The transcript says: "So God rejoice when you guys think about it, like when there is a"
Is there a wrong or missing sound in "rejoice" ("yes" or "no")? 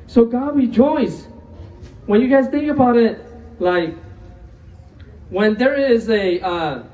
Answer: yes